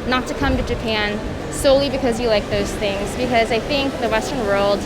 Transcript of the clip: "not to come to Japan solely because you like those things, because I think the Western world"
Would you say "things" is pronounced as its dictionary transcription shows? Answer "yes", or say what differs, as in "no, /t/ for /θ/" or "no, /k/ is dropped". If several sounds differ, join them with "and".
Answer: yes